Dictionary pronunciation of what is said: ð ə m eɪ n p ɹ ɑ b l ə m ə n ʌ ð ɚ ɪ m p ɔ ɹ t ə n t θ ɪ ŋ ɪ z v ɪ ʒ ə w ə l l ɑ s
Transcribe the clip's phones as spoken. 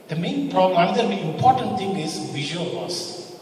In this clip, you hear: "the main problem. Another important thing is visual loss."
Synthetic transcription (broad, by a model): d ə m eɪ n p ɹ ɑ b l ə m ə n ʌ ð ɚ ɪ m p ɔ ɹ t ə n t t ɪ ŋ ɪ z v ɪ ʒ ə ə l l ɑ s